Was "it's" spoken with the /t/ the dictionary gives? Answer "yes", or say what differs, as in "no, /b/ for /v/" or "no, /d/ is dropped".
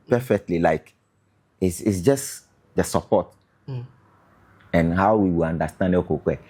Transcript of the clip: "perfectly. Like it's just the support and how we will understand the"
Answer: no, /s/ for /t/